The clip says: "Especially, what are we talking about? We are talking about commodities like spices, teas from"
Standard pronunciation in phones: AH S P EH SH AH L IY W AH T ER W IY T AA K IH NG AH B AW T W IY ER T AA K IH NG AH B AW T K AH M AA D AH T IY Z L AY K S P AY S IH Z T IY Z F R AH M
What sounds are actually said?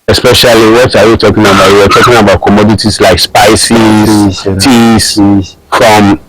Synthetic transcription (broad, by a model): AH S P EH SH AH L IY W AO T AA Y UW T AA K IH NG AH B AW T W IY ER T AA K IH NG AH B AW T K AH M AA D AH T IY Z L AY K S P AY S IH T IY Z F R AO M